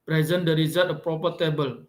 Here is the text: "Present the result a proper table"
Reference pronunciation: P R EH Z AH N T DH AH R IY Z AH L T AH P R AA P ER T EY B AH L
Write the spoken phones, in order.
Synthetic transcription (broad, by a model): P R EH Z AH N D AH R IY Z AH T AH P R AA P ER T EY B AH L